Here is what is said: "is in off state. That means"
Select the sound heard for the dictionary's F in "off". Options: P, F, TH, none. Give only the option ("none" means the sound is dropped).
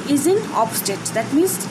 P